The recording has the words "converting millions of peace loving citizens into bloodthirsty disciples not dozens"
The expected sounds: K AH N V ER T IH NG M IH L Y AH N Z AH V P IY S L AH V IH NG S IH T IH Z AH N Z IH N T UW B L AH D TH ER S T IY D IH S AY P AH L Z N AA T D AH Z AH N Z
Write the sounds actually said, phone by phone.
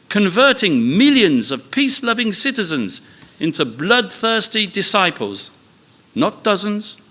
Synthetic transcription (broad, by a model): K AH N V ER T IH NG M IH L Y AH N Z AH V P IY S L AH V IH NG S IH T IH Z AH N Z IH N T UW B L AH D TH ER S T IY D IH S AY P AH L Z N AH T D AH Z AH N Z